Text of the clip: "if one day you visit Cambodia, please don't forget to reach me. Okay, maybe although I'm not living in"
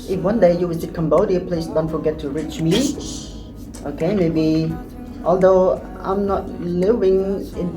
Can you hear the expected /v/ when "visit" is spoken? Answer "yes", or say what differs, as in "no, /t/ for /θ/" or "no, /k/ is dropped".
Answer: no, /w/ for /v/